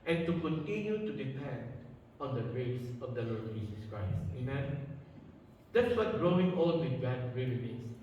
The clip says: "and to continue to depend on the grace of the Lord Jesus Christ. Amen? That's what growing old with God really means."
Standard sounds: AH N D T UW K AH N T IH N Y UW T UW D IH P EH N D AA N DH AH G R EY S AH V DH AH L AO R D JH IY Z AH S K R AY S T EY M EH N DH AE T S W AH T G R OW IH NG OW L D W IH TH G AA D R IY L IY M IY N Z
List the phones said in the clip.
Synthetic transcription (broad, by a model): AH N T UW K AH N T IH N Y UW T UW D IH P EH N D AA N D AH G R EY S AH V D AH L AO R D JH IY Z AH S K R AY S T EY M EH N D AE T S W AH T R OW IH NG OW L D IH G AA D R IY L IY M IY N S